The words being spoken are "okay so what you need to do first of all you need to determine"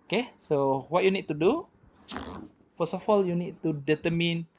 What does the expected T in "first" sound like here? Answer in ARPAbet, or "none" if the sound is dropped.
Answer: none